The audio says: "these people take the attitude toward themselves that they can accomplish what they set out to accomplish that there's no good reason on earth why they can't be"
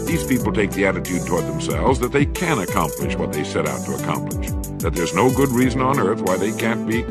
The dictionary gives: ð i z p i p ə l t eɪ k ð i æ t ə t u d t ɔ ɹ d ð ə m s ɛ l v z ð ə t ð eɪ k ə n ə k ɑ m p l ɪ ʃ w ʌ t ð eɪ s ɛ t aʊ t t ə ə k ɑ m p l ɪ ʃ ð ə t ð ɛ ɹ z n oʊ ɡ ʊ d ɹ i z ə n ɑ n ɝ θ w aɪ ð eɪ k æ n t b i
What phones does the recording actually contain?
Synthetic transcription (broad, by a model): ð i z p i p l t eɪ k ð i æ t ə t u d t ɔ ɹ d ð ə m s ɛ l v z ð ə t ð eɪ k ə n ə k ɑ m p l ɪ ʃ w ʌ t ð eɪ s ɛ t aʊ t t ə ə k ɑ m p l ɪ ʃ ð ə t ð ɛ ɹ z n oʊ ɡ ʊ d ɹ i z ə n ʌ n ɝ θ w aɪ ð eɪ k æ n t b i